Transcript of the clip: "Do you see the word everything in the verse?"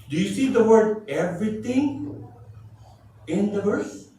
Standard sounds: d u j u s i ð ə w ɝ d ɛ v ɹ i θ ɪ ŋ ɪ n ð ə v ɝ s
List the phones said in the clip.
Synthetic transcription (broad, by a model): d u j u s i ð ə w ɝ d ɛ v ɹ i t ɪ ŋ ɪ n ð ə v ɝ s